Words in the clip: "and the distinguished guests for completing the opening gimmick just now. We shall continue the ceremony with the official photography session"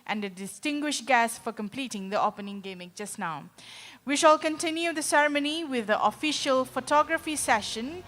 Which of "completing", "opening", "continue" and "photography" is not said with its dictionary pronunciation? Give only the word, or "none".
none